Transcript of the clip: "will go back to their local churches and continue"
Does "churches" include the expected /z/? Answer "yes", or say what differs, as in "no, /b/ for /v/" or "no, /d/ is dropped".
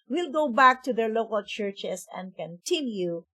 no, /s/ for /z/